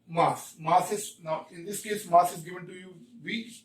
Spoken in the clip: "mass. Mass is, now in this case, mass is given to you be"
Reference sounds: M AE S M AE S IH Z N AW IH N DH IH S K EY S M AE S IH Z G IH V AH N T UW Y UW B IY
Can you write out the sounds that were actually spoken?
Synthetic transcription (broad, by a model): M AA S M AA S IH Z N AW IH N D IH S K EY S M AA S IH Z G IH V AH N T UW Y UW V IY